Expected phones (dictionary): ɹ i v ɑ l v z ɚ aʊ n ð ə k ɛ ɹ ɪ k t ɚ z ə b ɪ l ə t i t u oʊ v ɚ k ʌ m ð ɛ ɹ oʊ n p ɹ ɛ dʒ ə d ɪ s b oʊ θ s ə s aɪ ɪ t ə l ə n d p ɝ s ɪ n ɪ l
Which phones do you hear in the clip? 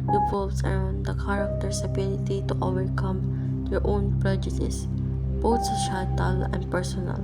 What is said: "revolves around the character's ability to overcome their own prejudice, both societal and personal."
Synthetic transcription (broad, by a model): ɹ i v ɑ l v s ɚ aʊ n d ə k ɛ ɹ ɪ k t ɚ s ə b ɪ l ə t i t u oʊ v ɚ k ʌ m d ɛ ɹ oʊ n p ɹ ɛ dʒ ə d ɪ s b oʊ t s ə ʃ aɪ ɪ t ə l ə n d p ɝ s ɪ n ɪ l